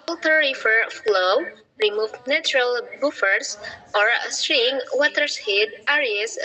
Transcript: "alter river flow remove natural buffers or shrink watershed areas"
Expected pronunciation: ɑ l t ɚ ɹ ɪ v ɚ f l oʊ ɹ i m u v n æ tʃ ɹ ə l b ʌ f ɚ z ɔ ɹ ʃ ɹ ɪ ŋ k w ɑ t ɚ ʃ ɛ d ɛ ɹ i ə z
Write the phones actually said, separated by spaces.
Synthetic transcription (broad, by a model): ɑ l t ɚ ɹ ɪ f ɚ f l oʊ ɹ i m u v n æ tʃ ɹ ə l b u f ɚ s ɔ ɹ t ɹ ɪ ŋ w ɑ t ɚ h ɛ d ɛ ɹ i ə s